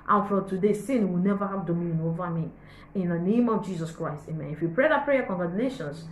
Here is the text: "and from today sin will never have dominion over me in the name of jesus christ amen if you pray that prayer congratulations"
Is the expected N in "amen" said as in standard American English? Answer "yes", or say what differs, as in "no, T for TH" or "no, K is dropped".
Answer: yes